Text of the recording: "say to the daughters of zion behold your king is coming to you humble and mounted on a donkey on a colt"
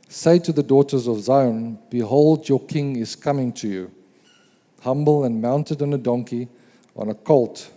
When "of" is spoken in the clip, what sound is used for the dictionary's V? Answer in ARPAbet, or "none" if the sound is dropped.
V